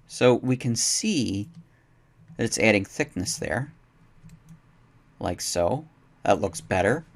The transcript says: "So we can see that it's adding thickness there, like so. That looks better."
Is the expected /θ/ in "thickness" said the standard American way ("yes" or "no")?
yes